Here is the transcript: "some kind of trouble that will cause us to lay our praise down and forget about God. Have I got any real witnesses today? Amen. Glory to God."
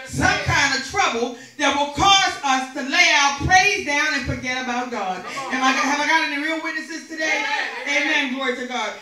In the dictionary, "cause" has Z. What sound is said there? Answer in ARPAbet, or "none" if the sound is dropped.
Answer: Z